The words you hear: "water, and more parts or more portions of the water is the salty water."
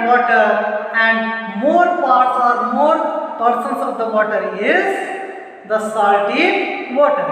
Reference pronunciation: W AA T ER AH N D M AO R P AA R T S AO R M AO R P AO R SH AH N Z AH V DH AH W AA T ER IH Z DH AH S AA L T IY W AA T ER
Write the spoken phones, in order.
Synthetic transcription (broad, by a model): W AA T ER AH N D M AO R P AA R T S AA R M AO R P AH R S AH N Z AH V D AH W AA T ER IH Z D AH S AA T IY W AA T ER